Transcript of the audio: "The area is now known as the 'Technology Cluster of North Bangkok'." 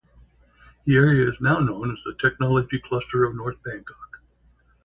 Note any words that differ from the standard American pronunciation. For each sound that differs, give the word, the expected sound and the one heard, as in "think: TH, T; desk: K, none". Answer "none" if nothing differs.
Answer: none